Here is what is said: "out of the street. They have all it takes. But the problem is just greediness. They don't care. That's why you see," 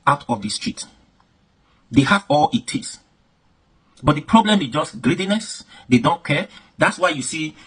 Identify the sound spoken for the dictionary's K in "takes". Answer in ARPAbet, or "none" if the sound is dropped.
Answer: none